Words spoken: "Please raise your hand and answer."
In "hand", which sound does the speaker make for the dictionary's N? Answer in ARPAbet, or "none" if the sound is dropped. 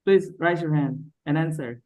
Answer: N